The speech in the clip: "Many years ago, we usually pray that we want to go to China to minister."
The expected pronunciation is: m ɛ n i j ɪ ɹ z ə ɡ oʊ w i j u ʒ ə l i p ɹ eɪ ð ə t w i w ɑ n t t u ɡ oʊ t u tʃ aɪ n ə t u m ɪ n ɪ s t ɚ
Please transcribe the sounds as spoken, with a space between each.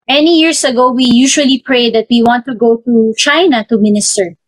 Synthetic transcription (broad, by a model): m ɛ n i j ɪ ɹ s ə ɡ oʊ w i j u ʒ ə l i p ɹ eɪ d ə t w i w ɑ n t t u ɡ oʊ t u tʃ aɪ n ə t u m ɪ n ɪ s t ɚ